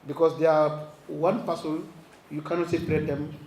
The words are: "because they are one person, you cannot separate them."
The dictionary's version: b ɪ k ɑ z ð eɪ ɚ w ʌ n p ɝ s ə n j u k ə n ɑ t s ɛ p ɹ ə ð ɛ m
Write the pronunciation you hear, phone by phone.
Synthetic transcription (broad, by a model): b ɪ k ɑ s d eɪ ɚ w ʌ n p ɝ s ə l j u k ə n ɑ t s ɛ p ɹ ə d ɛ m